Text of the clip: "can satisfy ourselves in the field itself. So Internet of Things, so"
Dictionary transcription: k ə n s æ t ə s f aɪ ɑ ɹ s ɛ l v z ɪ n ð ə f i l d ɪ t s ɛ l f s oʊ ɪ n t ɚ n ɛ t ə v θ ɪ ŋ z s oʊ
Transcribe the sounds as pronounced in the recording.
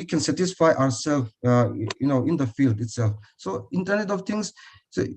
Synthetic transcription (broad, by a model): k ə n s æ t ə s f aɪ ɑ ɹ s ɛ l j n ɪ n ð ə f i l d ɪ t s ɛ l f s oʊ ɪ n t ɚ n ɛ t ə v t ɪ ŋ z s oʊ